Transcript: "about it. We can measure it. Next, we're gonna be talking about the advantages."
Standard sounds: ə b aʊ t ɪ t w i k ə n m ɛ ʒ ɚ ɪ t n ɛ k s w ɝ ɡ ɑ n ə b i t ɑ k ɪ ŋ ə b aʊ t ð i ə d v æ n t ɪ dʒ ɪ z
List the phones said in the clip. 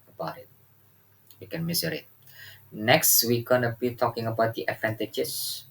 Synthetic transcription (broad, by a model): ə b aʊ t ɪ t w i k ə n m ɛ z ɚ ɪ t n ɛ k s w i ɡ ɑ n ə b i t ɑ k ɪ ŋ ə b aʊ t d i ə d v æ n t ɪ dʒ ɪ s